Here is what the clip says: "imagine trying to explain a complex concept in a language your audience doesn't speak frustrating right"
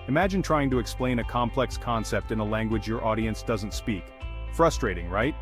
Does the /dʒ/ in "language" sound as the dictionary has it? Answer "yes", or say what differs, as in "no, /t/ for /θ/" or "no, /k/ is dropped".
yes